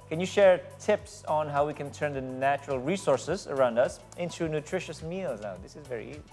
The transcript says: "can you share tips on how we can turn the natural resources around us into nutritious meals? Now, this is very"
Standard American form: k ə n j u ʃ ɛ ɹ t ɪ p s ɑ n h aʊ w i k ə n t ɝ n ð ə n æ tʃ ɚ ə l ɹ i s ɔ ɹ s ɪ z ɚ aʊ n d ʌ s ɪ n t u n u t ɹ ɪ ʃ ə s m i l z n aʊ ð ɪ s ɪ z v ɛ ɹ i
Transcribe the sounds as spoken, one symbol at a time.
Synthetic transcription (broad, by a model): k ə n j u ʃ ɛ ɹ t ɪ p s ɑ n h aʊ w i k ə n t ɝ n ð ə n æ tʃ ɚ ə l ɹ i s ɔ ɹ s ɪ z ɚ aʊ n d ʌ s ɪ n t u n u t ɹ ɪ ʃ ə s m i l z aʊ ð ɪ s ɪ z v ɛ ɹ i